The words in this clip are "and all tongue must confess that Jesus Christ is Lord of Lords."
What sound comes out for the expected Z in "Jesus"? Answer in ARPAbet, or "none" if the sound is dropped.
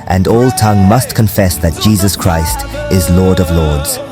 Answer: Z